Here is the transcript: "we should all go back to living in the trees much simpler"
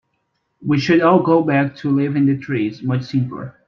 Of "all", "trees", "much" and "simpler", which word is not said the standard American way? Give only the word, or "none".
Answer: none